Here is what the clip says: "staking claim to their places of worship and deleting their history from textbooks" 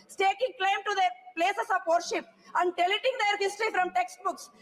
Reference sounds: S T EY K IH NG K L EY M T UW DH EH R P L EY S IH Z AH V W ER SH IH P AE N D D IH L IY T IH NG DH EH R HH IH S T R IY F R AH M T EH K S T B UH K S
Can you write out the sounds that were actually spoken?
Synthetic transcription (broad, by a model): S T EY K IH NG K L EY M T UW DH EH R P L EY S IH S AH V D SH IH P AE N D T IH L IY T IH NG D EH R HH IH S T R IY F R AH M T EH K S T B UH K S